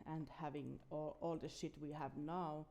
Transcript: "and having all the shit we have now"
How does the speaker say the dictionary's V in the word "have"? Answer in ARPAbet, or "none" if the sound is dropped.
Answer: V